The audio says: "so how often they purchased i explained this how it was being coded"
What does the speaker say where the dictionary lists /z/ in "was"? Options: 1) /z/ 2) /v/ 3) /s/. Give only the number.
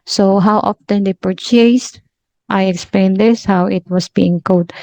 3